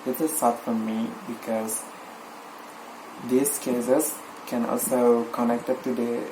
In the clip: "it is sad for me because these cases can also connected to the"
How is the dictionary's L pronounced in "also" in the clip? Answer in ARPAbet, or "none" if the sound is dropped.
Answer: L